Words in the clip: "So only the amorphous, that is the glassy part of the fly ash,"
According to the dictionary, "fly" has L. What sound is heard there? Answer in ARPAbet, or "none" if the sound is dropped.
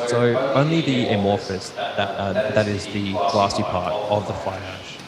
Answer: none